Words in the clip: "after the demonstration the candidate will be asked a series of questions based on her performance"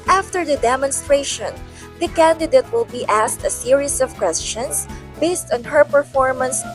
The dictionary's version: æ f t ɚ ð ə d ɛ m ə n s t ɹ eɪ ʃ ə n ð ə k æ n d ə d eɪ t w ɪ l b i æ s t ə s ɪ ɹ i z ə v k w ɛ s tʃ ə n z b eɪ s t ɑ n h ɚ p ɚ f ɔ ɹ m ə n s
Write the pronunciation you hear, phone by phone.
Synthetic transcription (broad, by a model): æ f t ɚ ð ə d ɛ m ə n s t ɹ eɪ ʃ ə n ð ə k æ n d ə d eɪ t w ɪ l b i æ s t ə s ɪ ɹ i s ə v k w ɛ s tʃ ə n s b eɪ s t ɑ n h ɚ p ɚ f ɔ ɹ m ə n s